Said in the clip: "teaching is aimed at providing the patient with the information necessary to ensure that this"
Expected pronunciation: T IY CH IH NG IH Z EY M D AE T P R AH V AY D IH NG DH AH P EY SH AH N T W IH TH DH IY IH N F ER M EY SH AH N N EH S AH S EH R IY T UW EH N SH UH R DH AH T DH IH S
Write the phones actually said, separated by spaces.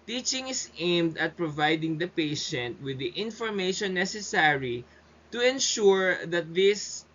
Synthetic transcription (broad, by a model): T IY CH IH NG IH S EY M D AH T P R AH V AY D IH NG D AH P EY SH AH N T W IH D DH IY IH N F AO M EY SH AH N N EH S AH S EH R IY T UW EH N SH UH R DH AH T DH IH S